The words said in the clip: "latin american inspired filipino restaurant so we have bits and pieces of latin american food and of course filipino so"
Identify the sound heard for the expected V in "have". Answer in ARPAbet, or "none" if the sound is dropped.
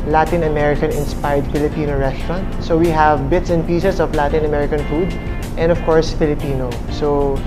V